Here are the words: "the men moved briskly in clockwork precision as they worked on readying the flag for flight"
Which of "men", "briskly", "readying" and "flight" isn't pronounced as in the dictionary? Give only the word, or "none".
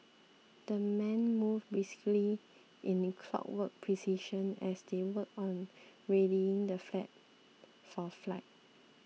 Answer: briskly